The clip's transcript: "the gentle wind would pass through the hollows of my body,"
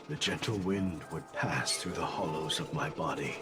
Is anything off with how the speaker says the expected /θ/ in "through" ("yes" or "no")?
no